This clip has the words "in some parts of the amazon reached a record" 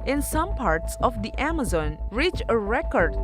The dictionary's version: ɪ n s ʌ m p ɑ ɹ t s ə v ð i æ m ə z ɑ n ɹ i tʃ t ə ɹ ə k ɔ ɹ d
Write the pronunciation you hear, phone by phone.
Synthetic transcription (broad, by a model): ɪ n s ʌ m p ɑ ɹ t s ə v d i æ m ə z ɑ n ɹ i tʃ ə ɹ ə k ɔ ɹ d